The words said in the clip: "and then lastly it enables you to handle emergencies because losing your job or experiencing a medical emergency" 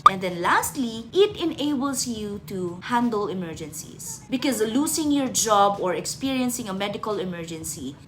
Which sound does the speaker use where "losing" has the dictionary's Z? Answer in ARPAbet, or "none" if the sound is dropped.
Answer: S